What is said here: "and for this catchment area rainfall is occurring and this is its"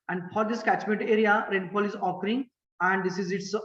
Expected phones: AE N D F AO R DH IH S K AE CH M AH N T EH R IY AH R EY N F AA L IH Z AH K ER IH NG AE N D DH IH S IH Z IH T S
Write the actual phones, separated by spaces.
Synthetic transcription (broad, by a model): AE N D F AO R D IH S K AE CH M AH N T EH R IY AH R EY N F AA L IH Z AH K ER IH NG AE N D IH S IH Z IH T S